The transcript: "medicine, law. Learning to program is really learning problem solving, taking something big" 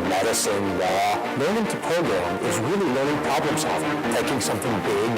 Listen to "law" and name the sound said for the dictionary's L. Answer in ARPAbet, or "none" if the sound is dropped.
W